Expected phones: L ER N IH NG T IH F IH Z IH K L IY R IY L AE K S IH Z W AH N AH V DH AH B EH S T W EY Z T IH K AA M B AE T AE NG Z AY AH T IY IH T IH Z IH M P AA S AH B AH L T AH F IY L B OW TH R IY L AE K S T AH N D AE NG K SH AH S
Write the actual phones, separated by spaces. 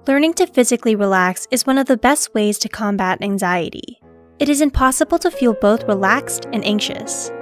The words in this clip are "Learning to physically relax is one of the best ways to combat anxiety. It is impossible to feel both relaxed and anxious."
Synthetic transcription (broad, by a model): L ER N IH NG T IH F IH Z IH K L IY R IY L AE K S IH Z W AH N AH V DH AH B EH S T W EY Z T IH K AA M B AE T AE NG Z AY AH T IY IH T IH Z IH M P AA S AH B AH L T AH F IY L B OW TH R IY L AE K S T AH N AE NG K SH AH S